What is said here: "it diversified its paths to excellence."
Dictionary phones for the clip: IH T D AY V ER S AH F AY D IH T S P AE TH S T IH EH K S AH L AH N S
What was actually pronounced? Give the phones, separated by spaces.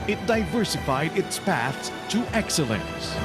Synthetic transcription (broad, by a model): IH T D AY V ER S AH F AY D IH T S P AE TH S T IH EH K S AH L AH N S